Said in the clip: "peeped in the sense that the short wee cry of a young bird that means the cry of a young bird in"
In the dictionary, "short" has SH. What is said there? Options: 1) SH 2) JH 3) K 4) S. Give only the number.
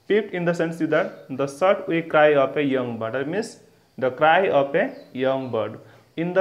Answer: 4